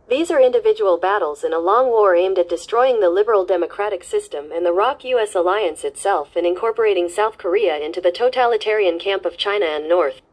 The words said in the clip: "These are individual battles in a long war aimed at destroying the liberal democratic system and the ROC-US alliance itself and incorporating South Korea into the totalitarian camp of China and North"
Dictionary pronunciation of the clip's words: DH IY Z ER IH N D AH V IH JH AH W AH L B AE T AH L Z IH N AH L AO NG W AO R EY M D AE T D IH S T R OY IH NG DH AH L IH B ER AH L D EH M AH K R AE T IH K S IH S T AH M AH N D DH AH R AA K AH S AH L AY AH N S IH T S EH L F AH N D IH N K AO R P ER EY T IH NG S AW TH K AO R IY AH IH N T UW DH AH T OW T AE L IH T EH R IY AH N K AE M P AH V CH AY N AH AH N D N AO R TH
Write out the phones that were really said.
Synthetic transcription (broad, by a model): DH IY Z ER IH N D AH V IH JH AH W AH L B AE T L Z IH N AH L AO NG W AO R EY M D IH T D IH S T R OY IH NG DH AH L IH B ER L D EH M AH K R AE T IH K S IH S T AH M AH N DH AH R AA K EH S AH L AY AH N S IH T S EH L F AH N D IH N K AO R P ER EY T IH NG S AW TH K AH R IY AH IH N T UW DH AH T OW T AE L IH T EH R IY AH N K AE M P AH V CH AY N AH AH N N AO R TH